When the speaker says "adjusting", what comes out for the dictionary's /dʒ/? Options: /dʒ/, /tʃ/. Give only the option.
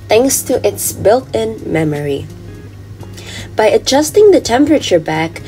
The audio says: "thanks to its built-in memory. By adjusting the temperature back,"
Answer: /dʒ/